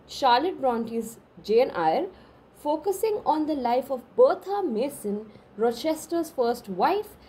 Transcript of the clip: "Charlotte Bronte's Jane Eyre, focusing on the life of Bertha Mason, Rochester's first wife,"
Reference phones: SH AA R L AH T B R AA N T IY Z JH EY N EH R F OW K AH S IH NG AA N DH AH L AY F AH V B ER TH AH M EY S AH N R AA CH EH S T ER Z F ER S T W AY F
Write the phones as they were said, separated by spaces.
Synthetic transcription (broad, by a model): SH AA R L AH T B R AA N T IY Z JH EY N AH R F OW K AH S IH NG AA N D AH L AY F AH V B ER T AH M EY S AH N R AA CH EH S T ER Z F ER S T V AY F